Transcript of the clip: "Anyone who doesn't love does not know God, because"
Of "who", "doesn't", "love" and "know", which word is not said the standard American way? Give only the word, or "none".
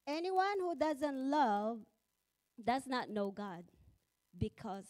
none